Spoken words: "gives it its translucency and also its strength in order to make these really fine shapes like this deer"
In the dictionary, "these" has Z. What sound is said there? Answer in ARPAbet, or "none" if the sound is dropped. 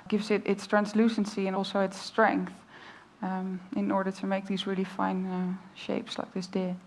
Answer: Z